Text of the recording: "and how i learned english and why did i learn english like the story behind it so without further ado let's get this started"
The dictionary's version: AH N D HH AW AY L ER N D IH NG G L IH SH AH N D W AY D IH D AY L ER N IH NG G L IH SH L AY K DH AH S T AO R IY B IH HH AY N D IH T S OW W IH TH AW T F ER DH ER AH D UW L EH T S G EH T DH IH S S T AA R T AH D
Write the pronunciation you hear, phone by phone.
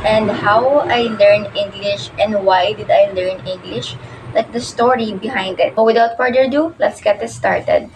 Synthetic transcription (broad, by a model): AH N D HH AW AY L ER N IH NG G L IH SH AH N D W AY D IH D AY L ER N IH NG G L IH SH L AY K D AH S T AO R IY B IH HH AY N D IH T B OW W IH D AW T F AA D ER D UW L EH T S G EH T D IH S S T AA R T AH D